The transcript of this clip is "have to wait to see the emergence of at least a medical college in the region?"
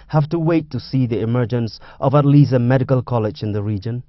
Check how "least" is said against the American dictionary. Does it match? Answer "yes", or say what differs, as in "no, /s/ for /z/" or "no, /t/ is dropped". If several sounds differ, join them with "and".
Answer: no, /t/ is dropped